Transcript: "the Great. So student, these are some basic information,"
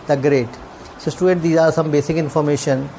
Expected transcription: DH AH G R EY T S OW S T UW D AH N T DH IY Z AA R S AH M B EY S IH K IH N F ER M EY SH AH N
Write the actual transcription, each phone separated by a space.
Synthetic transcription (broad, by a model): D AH G R EY T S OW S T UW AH T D IY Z AA R S AH M B EY S IH K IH N F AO M EY SH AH N